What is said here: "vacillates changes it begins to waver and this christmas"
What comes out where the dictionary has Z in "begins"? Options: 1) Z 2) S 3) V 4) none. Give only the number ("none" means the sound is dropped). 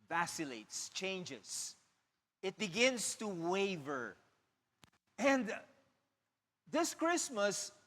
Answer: 2